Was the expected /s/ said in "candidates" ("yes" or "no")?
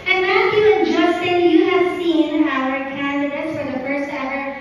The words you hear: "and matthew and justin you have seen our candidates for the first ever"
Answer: no